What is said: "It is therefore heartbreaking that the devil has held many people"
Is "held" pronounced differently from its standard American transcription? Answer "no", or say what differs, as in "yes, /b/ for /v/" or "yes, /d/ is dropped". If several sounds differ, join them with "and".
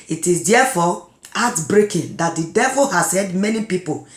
yes, /l/ is dropped